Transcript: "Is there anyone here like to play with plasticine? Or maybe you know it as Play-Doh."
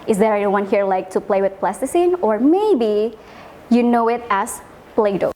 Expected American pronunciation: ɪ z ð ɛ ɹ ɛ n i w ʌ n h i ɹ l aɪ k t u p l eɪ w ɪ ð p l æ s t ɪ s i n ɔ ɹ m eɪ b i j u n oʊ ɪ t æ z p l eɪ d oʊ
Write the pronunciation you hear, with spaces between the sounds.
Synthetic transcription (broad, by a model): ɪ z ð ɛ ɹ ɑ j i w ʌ n h i ɹ l aɪ k t u p l eɪ w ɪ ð p l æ s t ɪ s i n ɔ ɹ m eɪ b i j u n oʊ ɪ t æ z p l eɪ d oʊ